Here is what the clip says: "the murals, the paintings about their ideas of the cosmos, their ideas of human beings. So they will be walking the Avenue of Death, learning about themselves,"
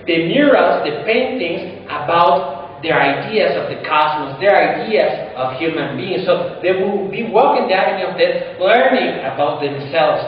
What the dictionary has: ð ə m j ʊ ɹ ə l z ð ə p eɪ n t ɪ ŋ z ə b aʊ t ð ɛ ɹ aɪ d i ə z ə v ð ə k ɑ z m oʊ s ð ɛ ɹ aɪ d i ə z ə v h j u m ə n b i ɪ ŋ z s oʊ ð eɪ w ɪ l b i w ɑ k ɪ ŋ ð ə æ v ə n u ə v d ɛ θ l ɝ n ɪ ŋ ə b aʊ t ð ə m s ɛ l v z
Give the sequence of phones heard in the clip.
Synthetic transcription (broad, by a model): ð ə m j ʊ ɹ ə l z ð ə p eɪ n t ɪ ŋ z ə b aʊ t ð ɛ ɹ aɪ d i ə z ə v ð ə k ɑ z m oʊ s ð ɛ ɹ aɪ d i ə z ə v h j u m ə n b i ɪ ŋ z s oʊ ð eɪ w ɪ l b i w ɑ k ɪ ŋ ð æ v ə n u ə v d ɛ t l ɝ n ɪ ŋ ə b aʊ t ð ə m s ɛ l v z